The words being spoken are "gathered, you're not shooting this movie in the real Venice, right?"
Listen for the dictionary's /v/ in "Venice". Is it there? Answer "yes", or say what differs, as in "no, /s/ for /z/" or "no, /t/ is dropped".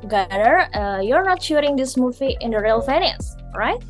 no, /f/ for /v/